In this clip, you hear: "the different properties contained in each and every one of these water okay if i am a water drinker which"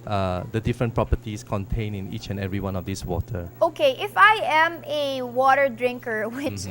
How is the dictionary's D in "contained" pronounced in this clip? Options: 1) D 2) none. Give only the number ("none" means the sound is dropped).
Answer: 2